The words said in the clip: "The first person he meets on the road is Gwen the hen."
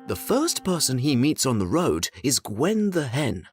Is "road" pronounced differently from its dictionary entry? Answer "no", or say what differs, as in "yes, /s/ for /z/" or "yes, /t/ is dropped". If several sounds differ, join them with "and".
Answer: no